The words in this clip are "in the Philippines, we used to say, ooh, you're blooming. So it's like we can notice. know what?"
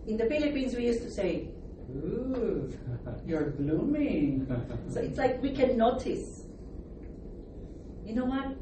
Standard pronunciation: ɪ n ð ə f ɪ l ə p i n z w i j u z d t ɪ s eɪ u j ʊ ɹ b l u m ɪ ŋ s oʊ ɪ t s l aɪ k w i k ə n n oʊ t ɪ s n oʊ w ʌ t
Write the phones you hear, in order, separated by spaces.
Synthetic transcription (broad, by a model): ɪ n ð ə f ɪ l ə p i n z w i j u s t ɪ s eɪ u j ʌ ɹ b l u m ɪ ŋ s oʊ ɪ t s l aɪ k w i k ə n n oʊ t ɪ s n oʊ w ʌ t